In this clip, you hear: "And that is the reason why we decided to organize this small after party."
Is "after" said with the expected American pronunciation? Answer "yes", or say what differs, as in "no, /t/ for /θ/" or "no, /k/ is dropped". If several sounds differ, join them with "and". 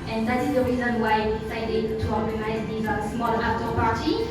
no, /f/ is dropped